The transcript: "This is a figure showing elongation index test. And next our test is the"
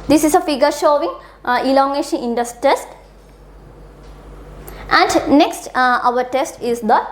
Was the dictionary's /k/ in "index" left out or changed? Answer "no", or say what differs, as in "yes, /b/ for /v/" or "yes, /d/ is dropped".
yes, /k/ is dropped